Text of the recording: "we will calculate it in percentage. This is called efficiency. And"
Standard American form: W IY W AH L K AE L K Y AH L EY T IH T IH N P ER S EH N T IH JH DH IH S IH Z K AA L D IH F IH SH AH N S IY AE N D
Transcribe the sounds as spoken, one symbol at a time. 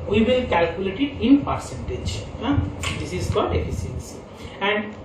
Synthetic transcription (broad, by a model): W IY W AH L K AE L K Y AH L EY T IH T IH N P ER S EH N T IH JH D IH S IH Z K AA D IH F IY S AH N S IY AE N D